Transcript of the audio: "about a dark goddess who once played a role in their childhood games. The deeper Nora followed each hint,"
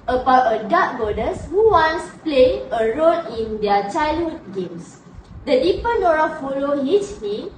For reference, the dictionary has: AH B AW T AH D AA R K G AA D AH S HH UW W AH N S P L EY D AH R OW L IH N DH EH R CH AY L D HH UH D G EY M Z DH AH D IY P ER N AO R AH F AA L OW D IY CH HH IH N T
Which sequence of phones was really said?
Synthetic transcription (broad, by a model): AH B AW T AH D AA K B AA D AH S HH UW W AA N S P L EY AH R OW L IH N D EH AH CH AY L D HH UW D G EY M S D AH D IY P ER N AO R AH F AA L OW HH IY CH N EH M